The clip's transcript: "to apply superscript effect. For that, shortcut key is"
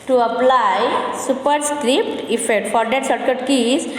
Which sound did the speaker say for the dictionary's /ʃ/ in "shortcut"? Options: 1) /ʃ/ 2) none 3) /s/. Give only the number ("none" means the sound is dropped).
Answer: 3